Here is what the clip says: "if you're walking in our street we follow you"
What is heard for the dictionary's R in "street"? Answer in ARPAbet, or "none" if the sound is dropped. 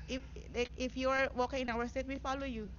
none